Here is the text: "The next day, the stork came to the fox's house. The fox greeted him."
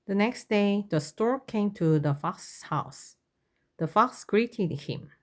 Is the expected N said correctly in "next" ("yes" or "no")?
yes